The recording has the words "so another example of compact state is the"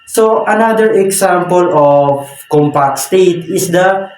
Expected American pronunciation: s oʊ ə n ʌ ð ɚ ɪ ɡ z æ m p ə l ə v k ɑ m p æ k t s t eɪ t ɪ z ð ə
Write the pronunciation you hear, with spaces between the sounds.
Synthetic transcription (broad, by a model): s oʊ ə n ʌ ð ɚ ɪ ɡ s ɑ m p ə l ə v k ɑ m p æ k t s t eɪ t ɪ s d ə